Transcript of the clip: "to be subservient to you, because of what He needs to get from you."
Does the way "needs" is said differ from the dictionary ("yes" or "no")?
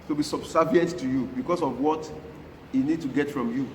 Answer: yes